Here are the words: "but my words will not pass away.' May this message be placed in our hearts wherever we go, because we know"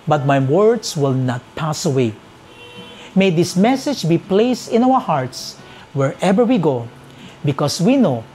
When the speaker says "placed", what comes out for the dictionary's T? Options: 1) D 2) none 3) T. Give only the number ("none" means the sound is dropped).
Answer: 3